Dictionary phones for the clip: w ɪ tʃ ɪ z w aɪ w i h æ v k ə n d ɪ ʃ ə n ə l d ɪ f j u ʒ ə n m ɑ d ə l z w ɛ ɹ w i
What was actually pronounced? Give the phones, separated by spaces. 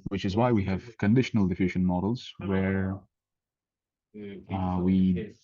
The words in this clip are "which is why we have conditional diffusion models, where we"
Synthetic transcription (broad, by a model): w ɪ tʃ ɪ z w aɪ w i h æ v k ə n d ɪ ʃ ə n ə l d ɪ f j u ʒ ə n m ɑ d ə l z w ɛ ɹ w i